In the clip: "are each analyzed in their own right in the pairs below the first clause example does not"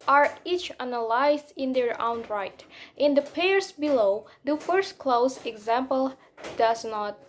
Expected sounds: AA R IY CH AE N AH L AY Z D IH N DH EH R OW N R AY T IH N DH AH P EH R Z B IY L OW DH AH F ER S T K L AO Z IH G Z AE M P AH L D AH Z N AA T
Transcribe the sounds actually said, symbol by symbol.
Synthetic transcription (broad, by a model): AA R IY CH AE N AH L AY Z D IH N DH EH R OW N R AY T IH N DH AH P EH R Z B IY L OW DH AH F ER S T K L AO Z IH G Z AE M P AH L D AH Z N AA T